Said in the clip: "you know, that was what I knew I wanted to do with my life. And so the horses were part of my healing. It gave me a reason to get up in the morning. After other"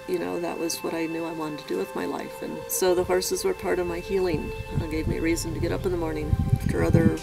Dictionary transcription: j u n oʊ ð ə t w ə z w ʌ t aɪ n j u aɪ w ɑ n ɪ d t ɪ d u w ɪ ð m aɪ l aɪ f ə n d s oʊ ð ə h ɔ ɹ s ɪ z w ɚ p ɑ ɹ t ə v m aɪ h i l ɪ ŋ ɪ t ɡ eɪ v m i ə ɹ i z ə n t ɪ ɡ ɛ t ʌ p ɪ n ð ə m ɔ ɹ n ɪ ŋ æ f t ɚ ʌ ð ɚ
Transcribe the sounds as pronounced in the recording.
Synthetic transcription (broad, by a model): j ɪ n oʊ ð ə t w ə z w ʌ t aɪ n j u aɪ w ɑ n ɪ t ɪ d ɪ w ɪ ð m aɪ l aɪ f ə n s oʊ ð ə h ɔ ɹ s ɪ z w ɚ p ɑ ɹ t ə v m aɪ h i l ɪ ŋ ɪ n ɡ eɪ v m i ə ɹ i z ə n t ɪ ɡ ɛ t ʌ p ɪ n ð ə m ɔ ɹ n ɪ ŋ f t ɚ ʌ ð ɚ